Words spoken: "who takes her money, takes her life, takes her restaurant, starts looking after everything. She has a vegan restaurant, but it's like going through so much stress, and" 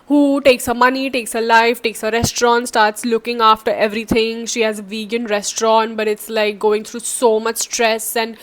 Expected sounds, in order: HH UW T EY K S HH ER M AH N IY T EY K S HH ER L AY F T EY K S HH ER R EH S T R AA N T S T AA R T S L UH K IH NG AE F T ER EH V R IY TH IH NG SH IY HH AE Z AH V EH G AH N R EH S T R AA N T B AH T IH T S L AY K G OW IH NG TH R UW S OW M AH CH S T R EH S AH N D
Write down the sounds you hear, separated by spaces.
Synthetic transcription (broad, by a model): HH UW T EY K S HH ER M AH N IY T EY K S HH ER L AY F T EY K S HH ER R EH S T R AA N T S T AA R T S L UH K IH NG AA F T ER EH V R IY T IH NG SH IY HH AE Z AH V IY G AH N R EH S T R AA N T B AH T IH T S L AY K G OW IH NG T R UW S OW M AH CH S T R EH S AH N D